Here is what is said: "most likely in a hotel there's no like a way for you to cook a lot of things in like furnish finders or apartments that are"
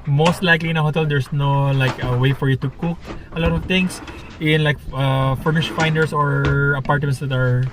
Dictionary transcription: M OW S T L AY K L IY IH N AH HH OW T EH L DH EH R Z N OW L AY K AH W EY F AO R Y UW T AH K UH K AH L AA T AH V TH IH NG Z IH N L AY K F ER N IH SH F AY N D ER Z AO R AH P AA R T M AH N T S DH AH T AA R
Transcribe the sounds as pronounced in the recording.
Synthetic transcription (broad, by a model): M OW S T L AY K L IY IH N AH HH OW T EH L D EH R S N OW L AY K AH W EY F AO R Y UW T AH K UH K AH L AA T AH V T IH NG S IH N L AY K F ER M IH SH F AY N D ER S AO R AH P AA R T M AH N T S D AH T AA R